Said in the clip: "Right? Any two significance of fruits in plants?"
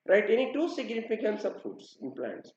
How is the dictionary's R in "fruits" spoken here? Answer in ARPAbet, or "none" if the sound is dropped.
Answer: none